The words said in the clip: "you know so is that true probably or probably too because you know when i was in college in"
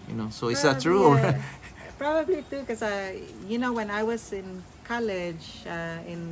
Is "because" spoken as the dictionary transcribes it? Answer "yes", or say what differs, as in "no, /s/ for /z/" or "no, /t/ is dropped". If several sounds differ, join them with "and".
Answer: no, /z/ is dropped